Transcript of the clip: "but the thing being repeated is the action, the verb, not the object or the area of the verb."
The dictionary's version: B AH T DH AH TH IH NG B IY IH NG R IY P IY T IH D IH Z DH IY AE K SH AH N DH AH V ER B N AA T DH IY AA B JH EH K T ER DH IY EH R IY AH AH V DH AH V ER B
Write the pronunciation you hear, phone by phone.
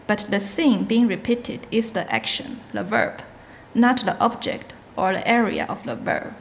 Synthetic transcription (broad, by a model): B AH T DH AH S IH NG B IY IH NG R IY P IY T IH D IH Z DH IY AE K SH AH N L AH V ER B N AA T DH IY AA B JH EH K T ER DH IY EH R IY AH AH V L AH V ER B